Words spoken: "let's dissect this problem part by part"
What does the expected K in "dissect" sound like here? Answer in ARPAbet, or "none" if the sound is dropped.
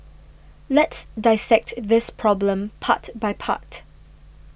K